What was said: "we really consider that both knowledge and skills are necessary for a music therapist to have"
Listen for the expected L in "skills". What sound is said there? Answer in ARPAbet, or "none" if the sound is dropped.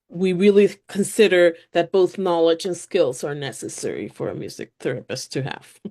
L